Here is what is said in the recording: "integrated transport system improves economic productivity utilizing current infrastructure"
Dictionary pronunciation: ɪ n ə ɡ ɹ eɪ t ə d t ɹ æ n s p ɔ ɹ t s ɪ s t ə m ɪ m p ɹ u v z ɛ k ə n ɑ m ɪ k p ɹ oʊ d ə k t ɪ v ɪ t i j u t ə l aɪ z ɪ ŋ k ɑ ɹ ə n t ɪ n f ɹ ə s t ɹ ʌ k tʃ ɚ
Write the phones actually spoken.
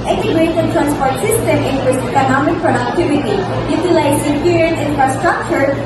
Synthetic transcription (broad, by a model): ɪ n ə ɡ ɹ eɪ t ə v t ɹ æ n s p ɔ ɹ t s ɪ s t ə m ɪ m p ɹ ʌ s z ɛ k ə n ɑ m ɪ k p ɹ oʊ d ə k t ɪ v ɪ t i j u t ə l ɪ s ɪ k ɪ ɹ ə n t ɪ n f ɹ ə s t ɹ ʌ k tʃ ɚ